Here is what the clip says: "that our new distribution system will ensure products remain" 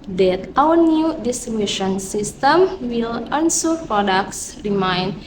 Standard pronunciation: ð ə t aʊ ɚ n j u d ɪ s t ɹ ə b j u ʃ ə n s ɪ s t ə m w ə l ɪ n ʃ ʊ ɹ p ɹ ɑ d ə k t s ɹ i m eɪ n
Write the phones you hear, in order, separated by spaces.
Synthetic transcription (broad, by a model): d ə t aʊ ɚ n j u d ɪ s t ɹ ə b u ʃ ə n s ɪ s t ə m w ə l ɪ n s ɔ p ɹ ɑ d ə k s s ɹ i m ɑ n